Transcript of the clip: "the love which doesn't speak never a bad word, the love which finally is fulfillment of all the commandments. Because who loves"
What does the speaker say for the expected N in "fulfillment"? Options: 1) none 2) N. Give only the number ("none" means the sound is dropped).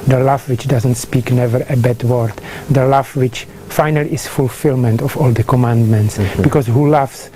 2